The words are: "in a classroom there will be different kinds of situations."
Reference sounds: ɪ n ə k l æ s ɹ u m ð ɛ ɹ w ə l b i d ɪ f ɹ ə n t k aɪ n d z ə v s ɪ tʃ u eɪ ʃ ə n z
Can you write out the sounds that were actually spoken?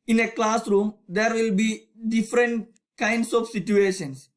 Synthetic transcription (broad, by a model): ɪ n ə k l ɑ s ɹ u m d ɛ ɹ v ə l b i d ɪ f ɹ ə n t k aɪ n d s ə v s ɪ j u eɪ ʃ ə n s